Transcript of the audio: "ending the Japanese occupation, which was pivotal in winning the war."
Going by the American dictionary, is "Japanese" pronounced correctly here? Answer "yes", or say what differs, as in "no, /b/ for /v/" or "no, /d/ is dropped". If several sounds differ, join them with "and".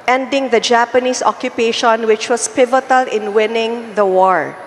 no, /s/ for /z/